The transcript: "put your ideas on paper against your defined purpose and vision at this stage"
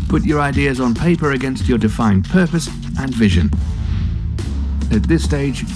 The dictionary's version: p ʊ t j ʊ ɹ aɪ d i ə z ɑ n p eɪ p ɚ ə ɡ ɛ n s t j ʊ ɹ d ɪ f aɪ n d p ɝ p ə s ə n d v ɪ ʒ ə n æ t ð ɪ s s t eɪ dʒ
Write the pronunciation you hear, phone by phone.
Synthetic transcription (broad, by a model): p ʊ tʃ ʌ ɹ aɪ d i ə z n p eɪ p ɚ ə ɡ ɛ n s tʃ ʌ ɹ d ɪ f aɪ n p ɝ p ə s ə n v ɪ ʒ ə n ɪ t ð ɪ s s t eɪ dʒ